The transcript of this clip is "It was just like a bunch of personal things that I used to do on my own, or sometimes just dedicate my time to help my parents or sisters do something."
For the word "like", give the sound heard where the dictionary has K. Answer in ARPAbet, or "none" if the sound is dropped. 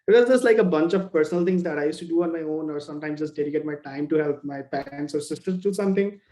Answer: K